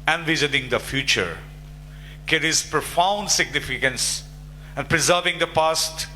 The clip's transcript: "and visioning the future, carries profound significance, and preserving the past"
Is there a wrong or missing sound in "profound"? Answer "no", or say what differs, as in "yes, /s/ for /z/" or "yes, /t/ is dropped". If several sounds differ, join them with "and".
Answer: no